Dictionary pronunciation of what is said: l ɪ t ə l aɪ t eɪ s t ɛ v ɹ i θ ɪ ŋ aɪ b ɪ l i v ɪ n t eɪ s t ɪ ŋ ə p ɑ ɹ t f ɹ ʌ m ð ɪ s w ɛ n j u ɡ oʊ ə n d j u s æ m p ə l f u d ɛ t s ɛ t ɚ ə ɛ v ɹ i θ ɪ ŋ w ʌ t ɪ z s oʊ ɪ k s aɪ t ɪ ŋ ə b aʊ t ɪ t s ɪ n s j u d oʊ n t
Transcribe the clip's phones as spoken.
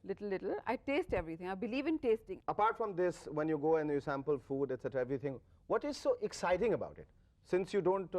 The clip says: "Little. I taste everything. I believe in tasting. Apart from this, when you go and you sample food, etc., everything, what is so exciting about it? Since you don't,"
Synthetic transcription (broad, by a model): l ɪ t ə l aɪ t eɪ s t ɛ v ɹ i t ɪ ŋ aɪ b ɪ l i v ɪ n t eɪ s t ɪ ŋ ə p ɑ ɹ t f ɹ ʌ m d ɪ s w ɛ n j u ɡ oʊ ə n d j u s æ m p ə l f u d ɛ t s ɛ t ɚ ə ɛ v ɹ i t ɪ ŋ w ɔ t ɪ z s oʊ ɪ k s aɪ t ɪ ŋ ə b aʊ t ɪ t s ɪ n s j u d oʊ n t